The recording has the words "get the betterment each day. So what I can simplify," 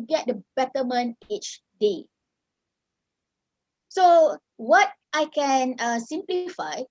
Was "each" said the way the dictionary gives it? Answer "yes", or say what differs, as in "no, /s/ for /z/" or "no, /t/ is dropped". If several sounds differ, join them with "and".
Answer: yes